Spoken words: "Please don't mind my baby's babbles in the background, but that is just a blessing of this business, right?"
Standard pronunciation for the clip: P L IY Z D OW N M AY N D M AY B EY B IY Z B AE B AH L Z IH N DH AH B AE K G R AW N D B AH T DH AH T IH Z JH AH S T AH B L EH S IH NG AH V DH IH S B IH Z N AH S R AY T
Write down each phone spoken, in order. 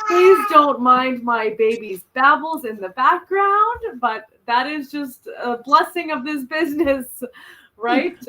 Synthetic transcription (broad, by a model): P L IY Z D OW N M AY N D M AY B EY B IY Z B AE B L Z IH N DH AH B AE K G R AW N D B AH T DH AH T IH Z JH AH S T AH B L EH S IH NG AH V DH IH S B IH Z N AH S R AY T